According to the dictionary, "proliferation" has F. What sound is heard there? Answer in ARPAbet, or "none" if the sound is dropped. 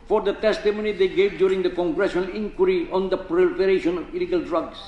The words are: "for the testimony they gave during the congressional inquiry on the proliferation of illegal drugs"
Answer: P